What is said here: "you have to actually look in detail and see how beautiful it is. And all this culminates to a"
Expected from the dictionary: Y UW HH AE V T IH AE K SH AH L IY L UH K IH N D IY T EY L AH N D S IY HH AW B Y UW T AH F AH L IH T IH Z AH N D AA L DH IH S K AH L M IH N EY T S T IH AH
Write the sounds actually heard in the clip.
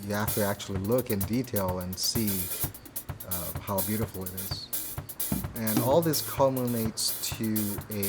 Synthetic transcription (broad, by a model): Y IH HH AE F T IH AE K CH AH L IY L UH K IH N D IY T EY L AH N S IY HH AW B Y UW T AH F L IH T IH Z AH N AA L DH IH S K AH M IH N EY T S T IH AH